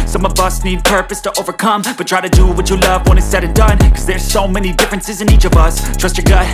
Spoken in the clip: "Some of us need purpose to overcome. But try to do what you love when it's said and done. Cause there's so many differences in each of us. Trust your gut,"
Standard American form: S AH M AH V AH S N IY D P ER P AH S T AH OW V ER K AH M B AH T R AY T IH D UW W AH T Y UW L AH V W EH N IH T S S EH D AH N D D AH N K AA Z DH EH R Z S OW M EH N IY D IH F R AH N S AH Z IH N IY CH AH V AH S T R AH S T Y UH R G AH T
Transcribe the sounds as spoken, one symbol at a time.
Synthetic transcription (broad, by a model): S AH M AH V AH S N IY D P ER P AH S T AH OW V ER K AH M B AH T R AY T IH D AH W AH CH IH L AH V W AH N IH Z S S EH D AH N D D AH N K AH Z DH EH R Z S OW M EH N IY D IH F R AH N S AH Z IH N IY CH AH V AH S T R AH S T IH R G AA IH